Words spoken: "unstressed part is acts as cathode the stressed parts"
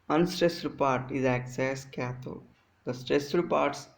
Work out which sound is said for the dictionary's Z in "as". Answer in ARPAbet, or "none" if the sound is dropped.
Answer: S